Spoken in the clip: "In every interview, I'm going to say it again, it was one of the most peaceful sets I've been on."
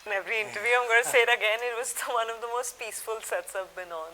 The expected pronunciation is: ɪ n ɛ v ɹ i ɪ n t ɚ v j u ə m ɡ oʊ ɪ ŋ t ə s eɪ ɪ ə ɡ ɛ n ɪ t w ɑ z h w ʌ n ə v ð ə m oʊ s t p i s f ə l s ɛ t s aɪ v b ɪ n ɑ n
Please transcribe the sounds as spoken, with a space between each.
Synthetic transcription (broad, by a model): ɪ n ɛ v ɹ i ɪ n t ɚ v j u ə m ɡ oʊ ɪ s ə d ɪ ə ɡ ɛ n ɪ t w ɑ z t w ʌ n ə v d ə m oʊ s t p i s f ə l s ɛ t s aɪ p b ɪ n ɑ n